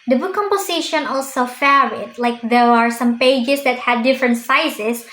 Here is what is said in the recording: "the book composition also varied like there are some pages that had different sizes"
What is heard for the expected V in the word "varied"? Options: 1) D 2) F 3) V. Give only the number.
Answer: 2